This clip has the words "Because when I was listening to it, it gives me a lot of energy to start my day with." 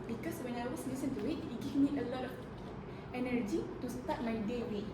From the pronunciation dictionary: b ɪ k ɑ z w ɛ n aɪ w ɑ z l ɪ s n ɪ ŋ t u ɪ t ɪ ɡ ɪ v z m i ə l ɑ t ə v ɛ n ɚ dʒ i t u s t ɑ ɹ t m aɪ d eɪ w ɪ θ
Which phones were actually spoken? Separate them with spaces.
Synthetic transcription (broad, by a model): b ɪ k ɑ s w ɛ n aɪ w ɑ s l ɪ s ɪ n t u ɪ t ɪ ɡ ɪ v m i ə l ɑ t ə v ɛ n ɚ dʒ i t u s t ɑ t m aɪ d eɪ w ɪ